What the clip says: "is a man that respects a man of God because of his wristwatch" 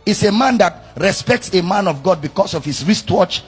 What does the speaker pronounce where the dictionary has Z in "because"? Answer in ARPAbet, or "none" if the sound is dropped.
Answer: S